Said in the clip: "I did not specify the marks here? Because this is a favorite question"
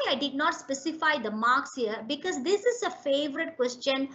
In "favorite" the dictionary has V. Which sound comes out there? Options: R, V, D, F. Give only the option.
V